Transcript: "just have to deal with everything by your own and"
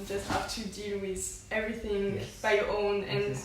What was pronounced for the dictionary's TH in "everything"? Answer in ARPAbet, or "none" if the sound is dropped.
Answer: TH